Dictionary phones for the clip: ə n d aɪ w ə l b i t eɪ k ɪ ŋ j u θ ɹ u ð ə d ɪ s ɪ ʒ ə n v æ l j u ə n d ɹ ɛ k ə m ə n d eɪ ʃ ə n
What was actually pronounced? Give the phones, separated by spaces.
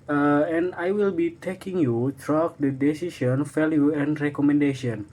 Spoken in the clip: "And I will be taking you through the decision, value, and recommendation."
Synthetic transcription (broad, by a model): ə n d aɪ w ə l b i t eɪ k ɪ ŋ j u t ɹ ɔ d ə d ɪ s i ʃ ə n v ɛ l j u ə n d ɹ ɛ k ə m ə n d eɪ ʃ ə n